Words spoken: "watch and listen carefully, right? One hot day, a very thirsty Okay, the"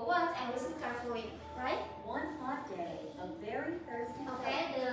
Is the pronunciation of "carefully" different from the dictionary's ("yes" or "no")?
yes